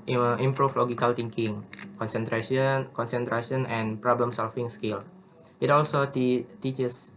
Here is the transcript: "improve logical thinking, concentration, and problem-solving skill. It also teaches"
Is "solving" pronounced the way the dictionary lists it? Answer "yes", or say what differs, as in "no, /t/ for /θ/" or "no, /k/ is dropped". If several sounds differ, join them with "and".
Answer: no, /f/ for /v/